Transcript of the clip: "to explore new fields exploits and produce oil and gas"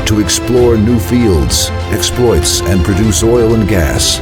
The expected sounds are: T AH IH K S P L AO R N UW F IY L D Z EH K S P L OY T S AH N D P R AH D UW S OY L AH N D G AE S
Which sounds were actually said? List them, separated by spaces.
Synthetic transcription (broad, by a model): T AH IH K S P L AO R N UW F IY L D Z EH K S P L OY T S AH N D P R AH D UW S OY L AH N G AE S